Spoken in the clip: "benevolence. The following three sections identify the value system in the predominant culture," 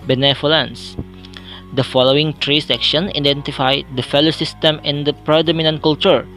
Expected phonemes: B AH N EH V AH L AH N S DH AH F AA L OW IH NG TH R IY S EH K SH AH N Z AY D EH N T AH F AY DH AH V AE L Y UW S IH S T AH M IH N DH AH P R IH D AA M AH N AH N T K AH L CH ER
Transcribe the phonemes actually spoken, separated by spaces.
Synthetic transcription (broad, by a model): B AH N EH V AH L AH N S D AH F AA L OW IH NG T R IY S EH K SH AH N AY D EH N T AH F AY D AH F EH L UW S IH S T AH M IH N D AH P R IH D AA M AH N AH N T K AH L CH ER